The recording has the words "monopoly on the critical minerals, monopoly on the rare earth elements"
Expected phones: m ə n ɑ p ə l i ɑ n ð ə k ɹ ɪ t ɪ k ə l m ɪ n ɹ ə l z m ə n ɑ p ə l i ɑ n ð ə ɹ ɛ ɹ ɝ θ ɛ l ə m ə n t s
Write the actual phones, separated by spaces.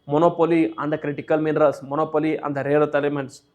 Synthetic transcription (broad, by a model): m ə n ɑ p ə l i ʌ n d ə k ɹ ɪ t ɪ k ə l m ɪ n ɹ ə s m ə n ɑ p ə l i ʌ n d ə ɹ ɛ ɹ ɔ t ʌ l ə m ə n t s